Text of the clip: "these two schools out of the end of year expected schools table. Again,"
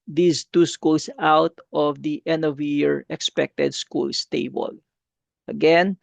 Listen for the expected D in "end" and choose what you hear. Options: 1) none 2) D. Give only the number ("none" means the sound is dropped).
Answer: 1